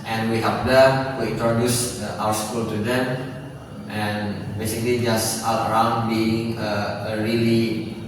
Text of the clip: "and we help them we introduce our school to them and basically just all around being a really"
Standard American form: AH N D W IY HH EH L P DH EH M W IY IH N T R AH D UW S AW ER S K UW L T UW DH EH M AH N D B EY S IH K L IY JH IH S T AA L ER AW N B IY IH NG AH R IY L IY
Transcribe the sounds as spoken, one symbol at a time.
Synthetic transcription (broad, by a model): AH N W IY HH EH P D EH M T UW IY N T R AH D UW S AW ER S K UW L T UW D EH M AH N B EY S IH K L IY JH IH S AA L ER AW N B IY IH NG AH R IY L IY